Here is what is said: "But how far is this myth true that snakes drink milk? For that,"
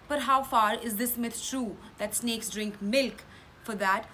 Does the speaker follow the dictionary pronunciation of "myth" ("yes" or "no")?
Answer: no